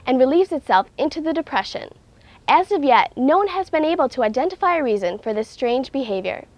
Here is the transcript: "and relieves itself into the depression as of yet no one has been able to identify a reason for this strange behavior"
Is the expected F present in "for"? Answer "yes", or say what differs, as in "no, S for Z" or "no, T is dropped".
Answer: yes